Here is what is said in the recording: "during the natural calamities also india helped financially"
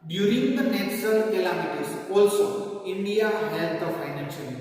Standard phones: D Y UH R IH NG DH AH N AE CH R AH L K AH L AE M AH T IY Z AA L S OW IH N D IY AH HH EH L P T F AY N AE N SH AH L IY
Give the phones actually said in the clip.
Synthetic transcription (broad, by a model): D Y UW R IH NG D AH N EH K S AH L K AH L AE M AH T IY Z AA L S OW IH N D IY AH HH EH L T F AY N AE N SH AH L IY